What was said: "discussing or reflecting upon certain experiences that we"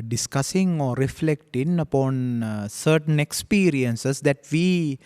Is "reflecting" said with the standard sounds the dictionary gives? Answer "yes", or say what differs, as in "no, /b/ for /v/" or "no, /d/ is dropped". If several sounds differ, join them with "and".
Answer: yes